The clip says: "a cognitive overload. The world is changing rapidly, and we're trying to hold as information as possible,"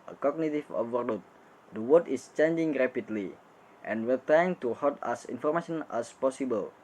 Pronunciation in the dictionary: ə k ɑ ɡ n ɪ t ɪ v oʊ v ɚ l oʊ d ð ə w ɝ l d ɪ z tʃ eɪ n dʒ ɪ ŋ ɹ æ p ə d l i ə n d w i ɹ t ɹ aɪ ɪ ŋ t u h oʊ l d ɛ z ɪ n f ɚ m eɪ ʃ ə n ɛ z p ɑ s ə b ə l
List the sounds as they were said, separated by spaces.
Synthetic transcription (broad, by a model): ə k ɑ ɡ n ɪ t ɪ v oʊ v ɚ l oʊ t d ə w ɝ d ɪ s tʃ eɪ n dʒ ɪ ŋ ɹ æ p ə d l i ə n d w i ɹ t ɹ aɪ ɪ ŋ t u h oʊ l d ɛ s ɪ n f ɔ m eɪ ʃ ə n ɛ s p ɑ s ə b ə l